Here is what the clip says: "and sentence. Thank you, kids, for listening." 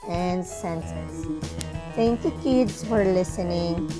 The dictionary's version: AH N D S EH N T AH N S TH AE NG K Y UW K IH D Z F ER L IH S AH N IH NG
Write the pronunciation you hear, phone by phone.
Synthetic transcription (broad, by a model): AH N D S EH N S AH S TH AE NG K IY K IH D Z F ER L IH S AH N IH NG